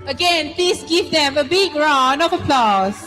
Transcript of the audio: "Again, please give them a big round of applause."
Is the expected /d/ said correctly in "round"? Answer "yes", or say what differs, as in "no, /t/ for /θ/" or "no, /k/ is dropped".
no, /d/ is dropped